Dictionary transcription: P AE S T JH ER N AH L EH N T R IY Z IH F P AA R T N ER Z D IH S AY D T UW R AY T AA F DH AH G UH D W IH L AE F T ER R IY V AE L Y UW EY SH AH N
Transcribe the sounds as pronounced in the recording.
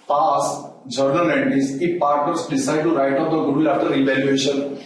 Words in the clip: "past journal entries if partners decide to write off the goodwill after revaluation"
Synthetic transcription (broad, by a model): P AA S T JH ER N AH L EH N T IY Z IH P AA R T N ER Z D IH S AY D T UW R AY T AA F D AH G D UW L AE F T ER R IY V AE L Y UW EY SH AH N